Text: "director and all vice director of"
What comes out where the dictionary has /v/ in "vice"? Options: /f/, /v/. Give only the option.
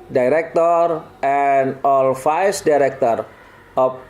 /f/